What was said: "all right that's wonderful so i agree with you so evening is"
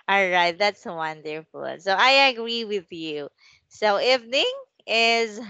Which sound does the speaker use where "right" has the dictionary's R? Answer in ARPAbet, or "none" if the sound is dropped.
R